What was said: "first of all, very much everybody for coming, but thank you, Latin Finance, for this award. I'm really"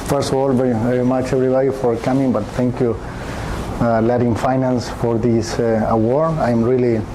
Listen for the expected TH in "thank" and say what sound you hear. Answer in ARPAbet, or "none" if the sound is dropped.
T